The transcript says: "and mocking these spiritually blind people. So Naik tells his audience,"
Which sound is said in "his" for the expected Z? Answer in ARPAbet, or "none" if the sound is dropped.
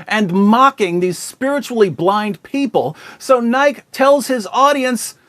Z